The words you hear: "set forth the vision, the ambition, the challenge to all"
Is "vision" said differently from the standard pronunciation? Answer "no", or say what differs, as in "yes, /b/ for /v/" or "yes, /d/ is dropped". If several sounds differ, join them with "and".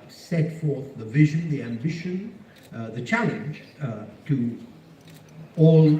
no